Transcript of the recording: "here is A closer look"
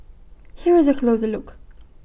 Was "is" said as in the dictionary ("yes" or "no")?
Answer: yes